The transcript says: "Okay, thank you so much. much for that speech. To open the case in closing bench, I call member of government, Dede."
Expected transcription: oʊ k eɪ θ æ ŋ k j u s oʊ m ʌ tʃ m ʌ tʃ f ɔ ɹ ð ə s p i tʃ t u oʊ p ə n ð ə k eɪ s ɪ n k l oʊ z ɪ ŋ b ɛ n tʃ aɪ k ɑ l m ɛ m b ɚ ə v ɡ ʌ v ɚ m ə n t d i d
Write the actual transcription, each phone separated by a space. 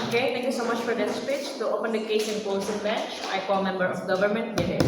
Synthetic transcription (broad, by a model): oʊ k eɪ t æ ŋ k j u s oʊ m m ʌ tʃ f ɔ ɹ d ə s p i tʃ t u oʊ p ə n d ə k eɪ s ɪ n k oʊ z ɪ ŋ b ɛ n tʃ aɪ k ɑ l m ɛ m b ɚ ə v ɡ ʌ v ɚ m ə n t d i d